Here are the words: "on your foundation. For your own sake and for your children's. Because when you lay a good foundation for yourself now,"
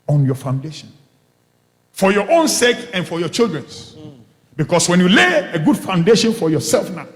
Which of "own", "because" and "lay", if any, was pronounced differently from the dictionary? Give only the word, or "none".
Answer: because